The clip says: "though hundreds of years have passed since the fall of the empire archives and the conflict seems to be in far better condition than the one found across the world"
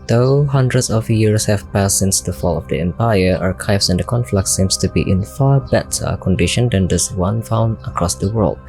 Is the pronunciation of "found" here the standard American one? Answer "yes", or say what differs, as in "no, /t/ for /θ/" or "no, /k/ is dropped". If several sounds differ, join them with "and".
no, /d/ is dropped